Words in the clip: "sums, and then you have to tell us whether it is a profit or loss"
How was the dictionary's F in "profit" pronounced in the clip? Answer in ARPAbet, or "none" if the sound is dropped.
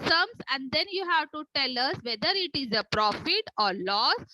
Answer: F